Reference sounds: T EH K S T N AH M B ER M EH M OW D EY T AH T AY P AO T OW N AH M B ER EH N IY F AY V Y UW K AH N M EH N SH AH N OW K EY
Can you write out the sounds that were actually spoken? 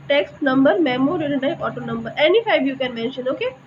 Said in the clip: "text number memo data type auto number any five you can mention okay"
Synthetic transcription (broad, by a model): T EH K S T N AH M B ER M EH M OW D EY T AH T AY AO T OW N AH M B ER EH N IY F AY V Y UW K AH N M EH N SH AH N OW K EY